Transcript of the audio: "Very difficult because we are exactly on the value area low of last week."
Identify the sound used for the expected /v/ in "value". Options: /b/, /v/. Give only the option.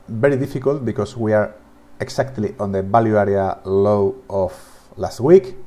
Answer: /b/